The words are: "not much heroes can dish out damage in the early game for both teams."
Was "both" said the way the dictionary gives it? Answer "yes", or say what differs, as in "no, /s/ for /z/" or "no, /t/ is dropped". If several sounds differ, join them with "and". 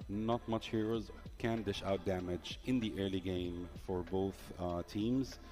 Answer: yes